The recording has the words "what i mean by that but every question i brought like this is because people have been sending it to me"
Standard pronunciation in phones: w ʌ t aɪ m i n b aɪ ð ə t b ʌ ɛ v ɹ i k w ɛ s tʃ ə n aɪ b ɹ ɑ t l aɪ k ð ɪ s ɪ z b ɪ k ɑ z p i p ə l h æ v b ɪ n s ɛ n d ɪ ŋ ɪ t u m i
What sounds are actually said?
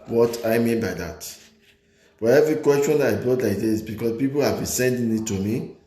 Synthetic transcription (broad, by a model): w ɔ t aɪ m i n b aɪ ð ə t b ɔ ɛ v ɹ i k w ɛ s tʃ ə n aɪ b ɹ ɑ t l aɪ k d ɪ ɪ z b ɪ k ɑ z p i p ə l h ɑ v b ɪ n s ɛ n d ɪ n ɪ t u m i